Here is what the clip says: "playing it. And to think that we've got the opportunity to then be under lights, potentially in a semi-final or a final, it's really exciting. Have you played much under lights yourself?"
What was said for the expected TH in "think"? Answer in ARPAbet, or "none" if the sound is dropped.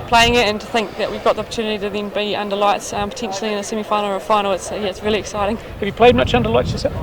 TH